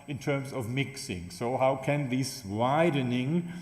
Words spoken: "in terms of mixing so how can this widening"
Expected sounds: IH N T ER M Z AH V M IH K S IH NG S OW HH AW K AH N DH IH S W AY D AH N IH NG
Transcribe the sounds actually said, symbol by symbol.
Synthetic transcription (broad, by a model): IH N T ER M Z AH V M IH K S IH NG S OW HH AW K AH N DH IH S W AY D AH N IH NG